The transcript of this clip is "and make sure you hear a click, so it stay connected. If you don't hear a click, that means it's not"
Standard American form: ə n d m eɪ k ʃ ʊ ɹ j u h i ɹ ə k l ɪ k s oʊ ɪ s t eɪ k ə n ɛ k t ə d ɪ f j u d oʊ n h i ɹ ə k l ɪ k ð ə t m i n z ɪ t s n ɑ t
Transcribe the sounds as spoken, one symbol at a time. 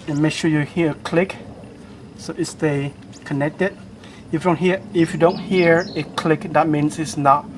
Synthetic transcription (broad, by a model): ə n m eɪ k ʃ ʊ j u h i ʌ ə k l ɪ k s oʊ ɪ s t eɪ k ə n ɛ k t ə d ɪ f j u d oʊ n h i ɹ ə k l ɪ k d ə t m i n s ɪ t s n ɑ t